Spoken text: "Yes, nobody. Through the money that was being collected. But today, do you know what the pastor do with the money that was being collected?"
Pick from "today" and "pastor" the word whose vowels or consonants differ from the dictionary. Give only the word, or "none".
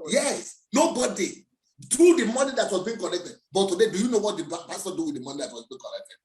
pastor